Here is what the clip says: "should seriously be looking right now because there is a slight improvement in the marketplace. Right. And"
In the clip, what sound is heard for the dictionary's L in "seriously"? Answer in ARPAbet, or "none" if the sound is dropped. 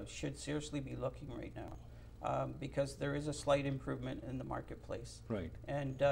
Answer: L